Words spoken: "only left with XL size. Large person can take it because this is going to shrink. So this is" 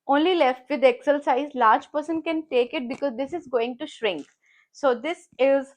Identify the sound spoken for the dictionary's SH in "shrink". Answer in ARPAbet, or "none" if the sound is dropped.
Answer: SH